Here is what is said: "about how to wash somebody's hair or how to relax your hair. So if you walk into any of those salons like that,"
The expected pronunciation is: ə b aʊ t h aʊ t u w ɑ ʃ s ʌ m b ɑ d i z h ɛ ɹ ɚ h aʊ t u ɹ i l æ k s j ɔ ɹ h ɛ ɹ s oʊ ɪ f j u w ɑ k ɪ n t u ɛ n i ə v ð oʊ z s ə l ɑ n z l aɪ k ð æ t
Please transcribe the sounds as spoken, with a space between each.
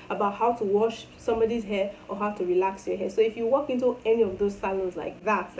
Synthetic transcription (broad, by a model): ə b aʊ t h aʊ t u w ɑ ʃ s ʌ m b ɑ d i z h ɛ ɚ h aʊ t u ɹ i l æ k s j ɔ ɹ h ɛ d s oʊ ɪ f j u w ɑ k ɪ n t u ɛ n i ə v ð oʊ z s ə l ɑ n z l aɪ k ð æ t